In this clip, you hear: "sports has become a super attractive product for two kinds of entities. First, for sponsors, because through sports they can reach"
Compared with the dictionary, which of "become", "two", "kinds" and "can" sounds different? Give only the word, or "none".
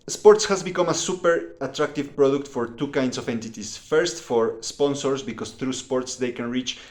kinds